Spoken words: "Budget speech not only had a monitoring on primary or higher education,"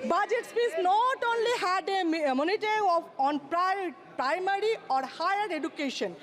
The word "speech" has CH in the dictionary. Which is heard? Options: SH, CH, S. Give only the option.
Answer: S